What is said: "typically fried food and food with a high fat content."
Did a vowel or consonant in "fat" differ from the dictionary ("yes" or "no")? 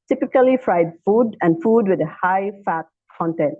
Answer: no